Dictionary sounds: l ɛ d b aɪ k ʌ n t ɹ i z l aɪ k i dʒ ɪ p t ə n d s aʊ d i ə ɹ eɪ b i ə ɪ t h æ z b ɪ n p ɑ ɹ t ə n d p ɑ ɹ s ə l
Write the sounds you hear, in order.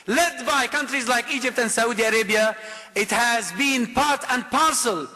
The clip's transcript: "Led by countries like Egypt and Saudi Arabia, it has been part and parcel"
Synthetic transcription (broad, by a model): l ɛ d b aɪ k ʌ n t ɹ i z l aɪ k i dʒ ɪ p t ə n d s aʊ d i ə ɹ eɪ b i ə ɪ t h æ z b ɪ n p ɑ ɹ t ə n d p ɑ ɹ s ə l